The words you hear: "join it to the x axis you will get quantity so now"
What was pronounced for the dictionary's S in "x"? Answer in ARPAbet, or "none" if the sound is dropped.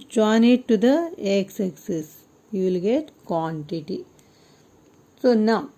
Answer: S